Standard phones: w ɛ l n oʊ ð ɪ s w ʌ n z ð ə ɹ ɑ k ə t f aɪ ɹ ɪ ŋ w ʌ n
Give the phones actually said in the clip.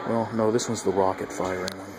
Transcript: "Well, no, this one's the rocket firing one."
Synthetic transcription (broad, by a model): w ɛ l n oʊ ð ɪ s w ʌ z ð ə ɹ ɑ k ə t f aɪ ɹ ɪ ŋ